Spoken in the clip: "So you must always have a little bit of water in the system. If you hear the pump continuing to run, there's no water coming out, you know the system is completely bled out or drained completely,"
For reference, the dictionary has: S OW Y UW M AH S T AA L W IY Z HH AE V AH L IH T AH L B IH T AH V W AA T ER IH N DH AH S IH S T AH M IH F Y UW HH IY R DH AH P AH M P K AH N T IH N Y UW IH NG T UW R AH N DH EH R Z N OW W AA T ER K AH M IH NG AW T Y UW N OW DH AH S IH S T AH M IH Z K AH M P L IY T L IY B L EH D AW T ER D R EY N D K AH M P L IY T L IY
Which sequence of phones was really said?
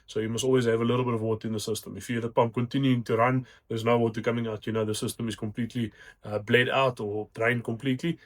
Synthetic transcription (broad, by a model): S OW Y UW M AH S T AA L W IY Z HH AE V AH L IH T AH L B IH T AH V W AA T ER IH N DH AH S IH S T AH M IH F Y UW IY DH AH P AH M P K AH N T IH N Y UW IH NG T UW R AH N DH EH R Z N OW W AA T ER K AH M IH NG AW T Y UW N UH DH AH S IH S T AH M IH Z K AH M P L IY T L IY B L EH D AW T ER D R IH N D K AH M P L IY T L IY